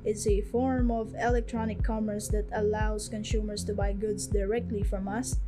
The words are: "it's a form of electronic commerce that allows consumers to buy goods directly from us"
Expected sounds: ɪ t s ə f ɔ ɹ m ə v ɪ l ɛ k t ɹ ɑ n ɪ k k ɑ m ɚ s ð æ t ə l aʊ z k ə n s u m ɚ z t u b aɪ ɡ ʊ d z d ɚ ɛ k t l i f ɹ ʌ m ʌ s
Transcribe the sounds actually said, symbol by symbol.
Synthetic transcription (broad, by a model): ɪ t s ə f ɔ ɹ m ə v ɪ l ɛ k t ɹ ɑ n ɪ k k ɑ m ɚ s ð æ t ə l aʊ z k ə n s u m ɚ s t u b aɪ ɡ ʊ d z d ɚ ɛ k t l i f ɹ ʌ m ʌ s